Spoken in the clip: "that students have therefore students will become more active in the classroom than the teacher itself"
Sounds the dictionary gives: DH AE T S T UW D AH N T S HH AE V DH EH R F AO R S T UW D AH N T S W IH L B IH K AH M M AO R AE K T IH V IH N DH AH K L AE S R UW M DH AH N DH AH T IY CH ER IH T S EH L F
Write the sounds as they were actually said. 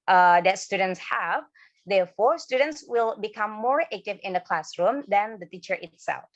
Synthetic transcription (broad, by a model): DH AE T S T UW D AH N T S HH AE V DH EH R F AO R S T UW D AH N T S W IH L B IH K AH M M AO R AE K T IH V IH N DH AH K L AE S R UW M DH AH N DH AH T IY CH ER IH T S EH L F